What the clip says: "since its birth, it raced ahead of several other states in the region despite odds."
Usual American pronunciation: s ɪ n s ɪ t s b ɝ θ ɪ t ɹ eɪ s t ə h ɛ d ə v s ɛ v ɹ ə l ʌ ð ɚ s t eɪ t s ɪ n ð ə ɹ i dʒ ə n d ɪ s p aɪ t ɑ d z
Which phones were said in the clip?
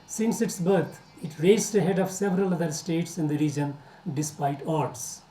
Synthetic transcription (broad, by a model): s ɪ n s ɪ t s b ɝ t ɪ t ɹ eɪ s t ə h ɛ d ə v s ɛ v ɹ ə l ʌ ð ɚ s t eɪ t s ɪ n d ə ɹ i dʒ ə n d ɪ s p aɪ t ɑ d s